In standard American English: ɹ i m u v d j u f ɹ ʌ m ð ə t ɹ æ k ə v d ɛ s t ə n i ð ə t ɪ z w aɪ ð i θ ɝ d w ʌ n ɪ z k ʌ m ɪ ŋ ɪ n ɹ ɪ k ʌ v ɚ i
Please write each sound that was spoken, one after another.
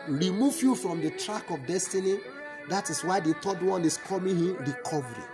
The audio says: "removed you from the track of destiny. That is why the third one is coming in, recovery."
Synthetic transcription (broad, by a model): ɹ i m u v j u f ɹ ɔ m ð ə t ɹ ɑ k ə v d ɛ s t ə n i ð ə t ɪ s w aɪ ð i t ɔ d w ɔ n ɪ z k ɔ m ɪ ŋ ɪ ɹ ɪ k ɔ v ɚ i